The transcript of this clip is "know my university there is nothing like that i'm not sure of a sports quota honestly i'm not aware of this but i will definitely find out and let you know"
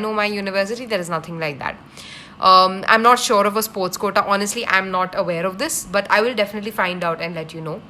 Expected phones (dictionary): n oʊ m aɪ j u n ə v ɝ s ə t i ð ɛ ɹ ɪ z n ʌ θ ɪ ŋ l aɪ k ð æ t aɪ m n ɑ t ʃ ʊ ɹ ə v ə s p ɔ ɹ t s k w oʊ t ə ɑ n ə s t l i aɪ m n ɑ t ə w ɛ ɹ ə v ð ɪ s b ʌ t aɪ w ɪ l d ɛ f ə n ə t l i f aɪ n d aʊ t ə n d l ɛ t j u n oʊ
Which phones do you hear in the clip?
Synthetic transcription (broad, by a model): n oʊ m aɪ j u n ə v ɝ s ə t i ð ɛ ɹ ɪ z n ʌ t ɪ ŋ l aɪ k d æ t aɪ m n ɑ t ʃ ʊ ɹ ə v ə s p ɔ ɹ t s k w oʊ t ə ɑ n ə s t l i aɪ m n ɑ t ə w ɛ ɹ ə v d ɪ s b ʌ t aɪ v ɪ l d ɛ f ə n ə t l i f aɪ n d aʊ t ə n d l ɛ t j u n oʊ